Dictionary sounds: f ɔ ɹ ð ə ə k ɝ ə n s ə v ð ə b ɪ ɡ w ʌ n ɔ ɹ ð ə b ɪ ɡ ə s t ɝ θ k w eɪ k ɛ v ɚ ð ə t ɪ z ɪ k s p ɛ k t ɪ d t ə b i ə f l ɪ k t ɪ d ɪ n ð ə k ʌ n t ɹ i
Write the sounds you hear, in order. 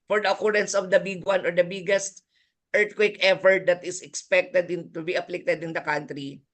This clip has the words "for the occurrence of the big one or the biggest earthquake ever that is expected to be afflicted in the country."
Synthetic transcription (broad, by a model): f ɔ ɹ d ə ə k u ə n s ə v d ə b ɪ ɡ w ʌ n ɔ ɹ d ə b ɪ ɡ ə s t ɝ t k w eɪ k ɛ f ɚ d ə t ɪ s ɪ k s p ɛ k t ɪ d t ə b i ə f l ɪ k t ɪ d ɪ n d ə k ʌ n t ɹ i